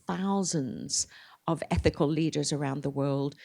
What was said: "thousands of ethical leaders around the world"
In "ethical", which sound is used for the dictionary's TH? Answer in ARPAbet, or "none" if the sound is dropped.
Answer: TH